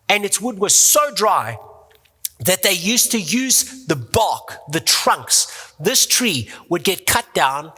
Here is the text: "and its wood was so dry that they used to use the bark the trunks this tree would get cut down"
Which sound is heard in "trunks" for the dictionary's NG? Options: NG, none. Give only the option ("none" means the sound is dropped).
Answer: NG